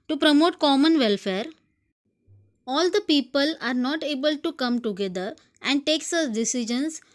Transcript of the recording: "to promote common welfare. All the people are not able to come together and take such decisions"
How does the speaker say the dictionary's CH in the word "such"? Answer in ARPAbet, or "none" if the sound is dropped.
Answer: S